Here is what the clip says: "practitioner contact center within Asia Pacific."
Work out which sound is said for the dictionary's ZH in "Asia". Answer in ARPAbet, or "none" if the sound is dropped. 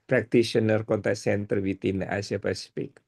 S